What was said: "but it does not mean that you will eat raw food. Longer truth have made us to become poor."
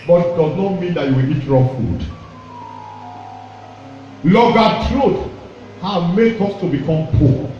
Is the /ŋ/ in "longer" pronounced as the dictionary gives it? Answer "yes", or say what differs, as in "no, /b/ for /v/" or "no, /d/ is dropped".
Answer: no, /ŋ/ is dropped